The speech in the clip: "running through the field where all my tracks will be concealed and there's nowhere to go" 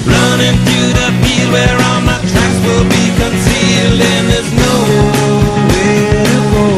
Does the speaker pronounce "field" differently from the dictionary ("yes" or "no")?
yes